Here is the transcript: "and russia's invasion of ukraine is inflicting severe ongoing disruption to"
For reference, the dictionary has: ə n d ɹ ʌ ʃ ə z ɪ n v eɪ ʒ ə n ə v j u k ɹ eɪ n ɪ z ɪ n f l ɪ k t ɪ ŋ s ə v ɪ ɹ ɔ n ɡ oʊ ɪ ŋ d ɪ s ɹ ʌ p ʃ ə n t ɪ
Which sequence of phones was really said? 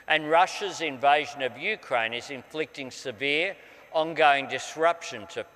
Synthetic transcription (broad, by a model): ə n ɹ ʌ ʃ ə z ɪ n v eɪ ʒ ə n ə v j u k ɹ eɪ n ɪ z ɪ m f l ɪ k t ɪ ŋ s ə v ɪ ɹ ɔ n ɡ oʊ ɪ ŋ d ɪ s ɹ ʌ p ʃ ə n t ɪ